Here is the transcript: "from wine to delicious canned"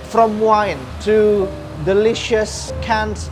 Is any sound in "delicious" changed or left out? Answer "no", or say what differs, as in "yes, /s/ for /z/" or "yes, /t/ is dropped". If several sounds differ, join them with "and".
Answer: no